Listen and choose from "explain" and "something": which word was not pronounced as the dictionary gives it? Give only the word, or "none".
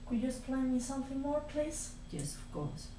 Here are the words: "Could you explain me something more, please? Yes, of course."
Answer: explain